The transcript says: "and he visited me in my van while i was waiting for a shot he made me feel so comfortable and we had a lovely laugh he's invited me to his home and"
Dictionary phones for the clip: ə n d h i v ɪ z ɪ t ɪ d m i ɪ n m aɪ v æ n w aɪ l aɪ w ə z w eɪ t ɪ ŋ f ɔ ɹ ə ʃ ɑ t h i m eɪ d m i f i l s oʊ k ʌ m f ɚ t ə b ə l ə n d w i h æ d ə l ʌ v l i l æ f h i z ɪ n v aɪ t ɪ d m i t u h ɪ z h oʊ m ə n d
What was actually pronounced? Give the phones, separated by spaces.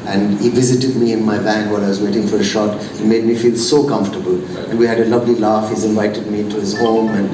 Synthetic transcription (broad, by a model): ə n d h i v ɪ z ɪ t ɪ d m i ɪ n m aɪ b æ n w aɪ l aɪ w ə z w eɪ t ɪ ŋ f ɔ ɹ ə ʃ ɑ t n m eɪ d m i f i l s oʊ k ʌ m f t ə b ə l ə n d w i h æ d ə l ʌ v l i l æ f h i z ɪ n v aɪ t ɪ d m i t u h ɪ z h oʊ m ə n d